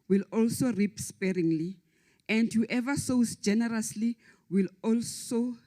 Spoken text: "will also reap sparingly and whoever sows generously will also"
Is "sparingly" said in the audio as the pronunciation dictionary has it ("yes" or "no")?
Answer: yes